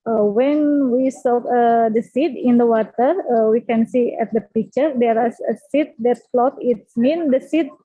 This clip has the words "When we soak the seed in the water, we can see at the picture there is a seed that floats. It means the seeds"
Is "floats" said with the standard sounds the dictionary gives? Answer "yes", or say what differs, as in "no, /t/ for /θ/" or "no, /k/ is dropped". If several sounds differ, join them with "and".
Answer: no, /s/ is dropped